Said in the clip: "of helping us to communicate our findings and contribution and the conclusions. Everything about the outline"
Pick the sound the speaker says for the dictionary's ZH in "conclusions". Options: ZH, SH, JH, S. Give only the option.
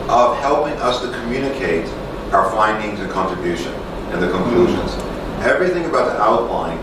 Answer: ZH